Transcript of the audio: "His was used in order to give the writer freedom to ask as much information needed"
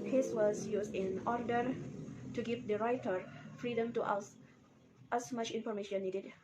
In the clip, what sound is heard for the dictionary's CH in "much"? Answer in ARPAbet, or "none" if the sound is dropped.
CH